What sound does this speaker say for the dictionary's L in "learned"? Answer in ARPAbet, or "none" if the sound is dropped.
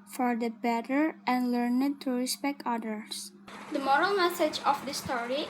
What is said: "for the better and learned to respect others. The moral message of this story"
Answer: L